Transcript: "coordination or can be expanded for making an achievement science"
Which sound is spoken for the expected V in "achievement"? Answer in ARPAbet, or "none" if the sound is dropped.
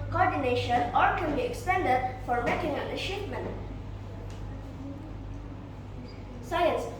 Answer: P